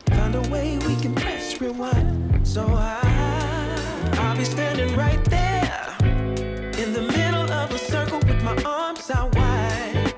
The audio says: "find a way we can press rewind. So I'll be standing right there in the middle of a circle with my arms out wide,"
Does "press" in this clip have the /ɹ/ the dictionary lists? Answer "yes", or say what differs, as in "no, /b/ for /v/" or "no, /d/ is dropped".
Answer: no, /ɹ/ is dropped